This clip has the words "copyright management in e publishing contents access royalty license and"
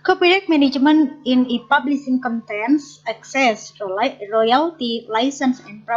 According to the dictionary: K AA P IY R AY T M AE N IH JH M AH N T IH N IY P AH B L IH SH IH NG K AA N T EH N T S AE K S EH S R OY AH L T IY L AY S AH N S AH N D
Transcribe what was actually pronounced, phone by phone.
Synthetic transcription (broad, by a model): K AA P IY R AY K M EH N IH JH M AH N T IH N IY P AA B L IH S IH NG K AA N T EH N S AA K S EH S R OY AH L T IY L AY S AH N S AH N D